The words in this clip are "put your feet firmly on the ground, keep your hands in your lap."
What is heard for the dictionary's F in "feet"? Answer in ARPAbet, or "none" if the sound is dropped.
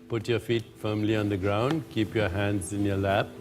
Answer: F